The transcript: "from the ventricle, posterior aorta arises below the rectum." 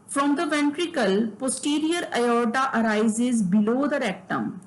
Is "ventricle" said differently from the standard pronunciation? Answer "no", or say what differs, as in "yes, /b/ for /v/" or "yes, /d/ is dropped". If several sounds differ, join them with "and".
no